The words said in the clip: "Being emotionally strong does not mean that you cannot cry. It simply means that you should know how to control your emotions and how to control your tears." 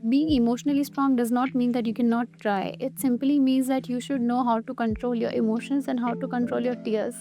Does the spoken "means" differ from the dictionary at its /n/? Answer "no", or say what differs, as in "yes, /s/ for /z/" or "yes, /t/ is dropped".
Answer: no